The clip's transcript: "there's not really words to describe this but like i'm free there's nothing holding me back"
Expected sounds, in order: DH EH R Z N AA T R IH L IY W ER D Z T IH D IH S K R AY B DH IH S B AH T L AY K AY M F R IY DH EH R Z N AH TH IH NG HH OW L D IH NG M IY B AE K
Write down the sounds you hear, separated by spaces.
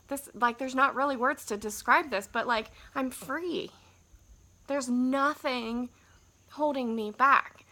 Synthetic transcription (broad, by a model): DH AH R Z N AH T R IH L IY W ER D Z T IH D IH S K R AY B DH IH S B AH T L AY K AY M F R IY DH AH R Z N AH TH IH NG HH OW L D IH NG M IY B AE K